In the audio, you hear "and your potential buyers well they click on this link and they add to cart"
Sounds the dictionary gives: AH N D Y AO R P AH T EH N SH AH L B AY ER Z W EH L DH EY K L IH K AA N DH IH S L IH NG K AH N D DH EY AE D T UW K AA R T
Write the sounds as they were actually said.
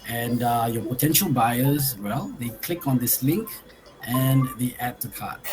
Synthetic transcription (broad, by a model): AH N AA Y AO P AH T EH N SH AH L B AY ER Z W EH L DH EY K L IH K AA N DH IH S L IH NG K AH N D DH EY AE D T UW K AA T